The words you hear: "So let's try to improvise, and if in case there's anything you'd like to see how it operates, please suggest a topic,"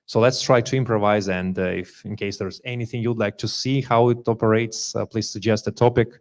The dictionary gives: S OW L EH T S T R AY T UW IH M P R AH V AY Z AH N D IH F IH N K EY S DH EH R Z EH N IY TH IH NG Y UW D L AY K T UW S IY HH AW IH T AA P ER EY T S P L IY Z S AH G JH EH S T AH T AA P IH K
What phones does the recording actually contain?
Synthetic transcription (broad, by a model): S OW L EH T S T R AY T UW IH M P R AH V AY Z AH N D IH F IH N K EY S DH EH R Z EH N IY TH IH NG Y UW D L AY K T UW S IY HH AW IH T AA P ER EY T S P L IY Z S AH G JH EH S T AH T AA P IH K